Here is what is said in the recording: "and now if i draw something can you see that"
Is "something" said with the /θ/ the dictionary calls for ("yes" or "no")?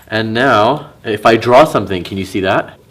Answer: yes